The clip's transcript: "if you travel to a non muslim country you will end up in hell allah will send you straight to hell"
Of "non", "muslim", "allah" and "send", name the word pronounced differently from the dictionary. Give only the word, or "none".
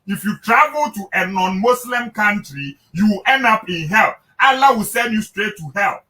muslim